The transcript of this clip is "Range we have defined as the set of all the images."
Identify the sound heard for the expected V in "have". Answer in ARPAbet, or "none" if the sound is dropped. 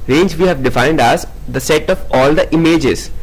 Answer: V